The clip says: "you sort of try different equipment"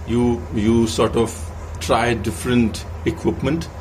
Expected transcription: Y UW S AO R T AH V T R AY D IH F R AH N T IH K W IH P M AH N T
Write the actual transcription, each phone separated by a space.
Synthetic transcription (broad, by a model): Y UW S AO R T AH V T R AY D IH F R AH N T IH K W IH P M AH N T